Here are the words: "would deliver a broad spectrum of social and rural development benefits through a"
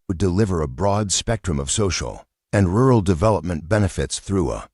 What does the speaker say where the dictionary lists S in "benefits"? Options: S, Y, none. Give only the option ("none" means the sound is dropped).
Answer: S